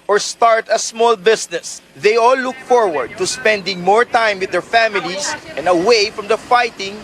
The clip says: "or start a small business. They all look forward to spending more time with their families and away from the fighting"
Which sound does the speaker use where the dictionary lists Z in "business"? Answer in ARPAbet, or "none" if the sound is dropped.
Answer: S